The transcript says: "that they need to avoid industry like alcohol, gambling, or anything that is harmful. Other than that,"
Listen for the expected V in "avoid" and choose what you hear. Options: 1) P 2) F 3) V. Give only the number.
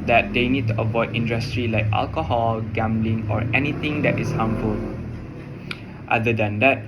3